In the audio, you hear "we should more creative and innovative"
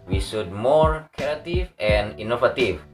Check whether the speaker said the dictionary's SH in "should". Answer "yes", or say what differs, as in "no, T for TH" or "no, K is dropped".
no, S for SH